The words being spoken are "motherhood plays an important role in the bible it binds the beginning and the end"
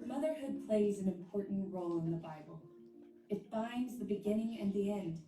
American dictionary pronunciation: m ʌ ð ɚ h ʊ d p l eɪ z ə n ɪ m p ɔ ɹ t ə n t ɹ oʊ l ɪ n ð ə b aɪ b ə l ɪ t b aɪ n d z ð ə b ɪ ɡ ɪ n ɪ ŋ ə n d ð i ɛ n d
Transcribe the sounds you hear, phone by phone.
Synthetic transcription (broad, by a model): m ʌ ð ɚ h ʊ d p l eɪ z ə n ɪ m p ɔ ɹ t n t ɹ oʊ l ɪ n ð ə b aɪ b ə l ɪ t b aɪ n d z ð ə b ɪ ɡ ɪ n ɪ ŋ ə n ð i ɛ n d